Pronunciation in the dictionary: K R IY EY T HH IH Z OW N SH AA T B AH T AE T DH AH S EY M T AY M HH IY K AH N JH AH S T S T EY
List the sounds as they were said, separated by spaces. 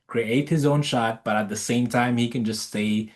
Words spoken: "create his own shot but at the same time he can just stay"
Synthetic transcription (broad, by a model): K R IY EY T HH IH Z OW N SH AA T B AH T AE T DH AH S EY M T AY M HH IY K AH N JH AH S T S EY